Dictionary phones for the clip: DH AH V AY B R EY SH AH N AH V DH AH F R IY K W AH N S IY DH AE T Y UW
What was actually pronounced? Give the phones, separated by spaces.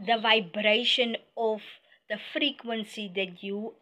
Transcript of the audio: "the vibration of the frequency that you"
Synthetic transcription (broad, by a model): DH AH V AY B R EY SH AH N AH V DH AH F R IY K W AH N S IY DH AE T Y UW